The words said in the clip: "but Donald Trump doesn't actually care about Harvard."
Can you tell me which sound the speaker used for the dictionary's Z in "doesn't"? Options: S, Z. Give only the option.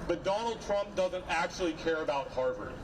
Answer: Z